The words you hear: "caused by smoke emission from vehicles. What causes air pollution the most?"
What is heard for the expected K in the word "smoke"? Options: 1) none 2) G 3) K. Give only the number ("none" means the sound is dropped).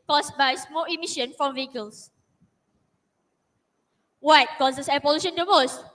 1